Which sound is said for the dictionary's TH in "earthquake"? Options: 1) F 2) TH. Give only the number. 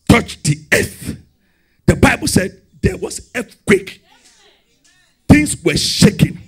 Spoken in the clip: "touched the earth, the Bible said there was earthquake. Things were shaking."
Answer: 1